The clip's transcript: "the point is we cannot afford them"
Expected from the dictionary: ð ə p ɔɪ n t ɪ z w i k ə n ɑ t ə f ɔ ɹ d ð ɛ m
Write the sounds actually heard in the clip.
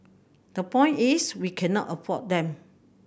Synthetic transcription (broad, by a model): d ə p ɔɪ n t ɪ s w i k ə n ɑ t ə p ɔ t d ɛ m